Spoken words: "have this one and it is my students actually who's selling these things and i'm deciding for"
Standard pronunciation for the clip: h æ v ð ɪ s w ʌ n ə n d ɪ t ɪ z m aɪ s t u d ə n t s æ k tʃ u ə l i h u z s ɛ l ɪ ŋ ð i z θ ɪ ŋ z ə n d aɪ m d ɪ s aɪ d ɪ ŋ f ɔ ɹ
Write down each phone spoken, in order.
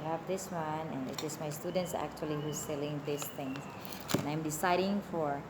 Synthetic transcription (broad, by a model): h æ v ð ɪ s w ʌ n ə n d ɪ t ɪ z m aɪ s t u d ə n t s æ k tʃ u ə l i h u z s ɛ l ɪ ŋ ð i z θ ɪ ŋ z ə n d aɪ m d ɪ s aɪ d ɪ ŋ f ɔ ɹ